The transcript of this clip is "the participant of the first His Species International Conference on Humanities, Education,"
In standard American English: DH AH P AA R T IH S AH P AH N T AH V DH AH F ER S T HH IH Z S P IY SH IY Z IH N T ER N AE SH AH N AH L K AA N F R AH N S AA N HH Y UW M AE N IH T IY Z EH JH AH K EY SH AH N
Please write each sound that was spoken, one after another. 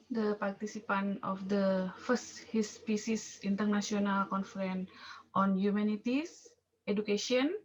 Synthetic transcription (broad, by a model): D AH P AA R T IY S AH P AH N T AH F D AH F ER S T HH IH S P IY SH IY S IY N T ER N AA S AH N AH L K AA N F R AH N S AA N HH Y UW M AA N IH T IY S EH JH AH K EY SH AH N